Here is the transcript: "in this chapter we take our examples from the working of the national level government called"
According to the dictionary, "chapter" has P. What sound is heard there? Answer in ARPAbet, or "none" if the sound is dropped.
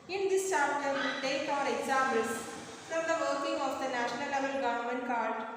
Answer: none